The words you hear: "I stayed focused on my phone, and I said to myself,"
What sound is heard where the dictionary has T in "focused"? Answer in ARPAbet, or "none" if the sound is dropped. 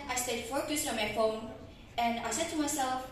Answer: none